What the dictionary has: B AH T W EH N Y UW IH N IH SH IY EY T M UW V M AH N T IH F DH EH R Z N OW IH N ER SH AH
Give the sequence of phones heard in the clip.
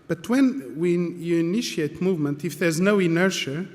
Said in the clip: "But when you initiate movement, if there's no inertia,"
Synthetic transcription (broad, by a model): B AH T W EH N Y UW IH N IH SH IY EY T M UW V M AH N T IH F DH EH R Z N OW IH N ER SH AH